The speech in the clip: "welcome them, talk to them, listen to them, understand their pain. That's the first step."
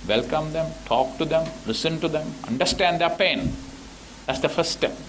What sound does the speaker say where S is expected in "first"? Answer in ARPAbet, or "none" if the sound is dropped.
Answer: none